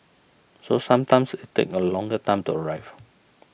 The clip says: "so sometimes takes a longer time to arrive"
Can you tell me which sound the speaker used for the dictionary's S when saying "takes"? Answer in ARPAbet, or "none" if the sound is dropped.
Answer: none